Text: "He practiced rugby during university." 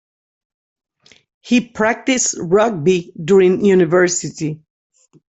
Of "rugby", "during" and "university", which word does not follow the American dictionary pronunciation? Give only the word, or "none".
none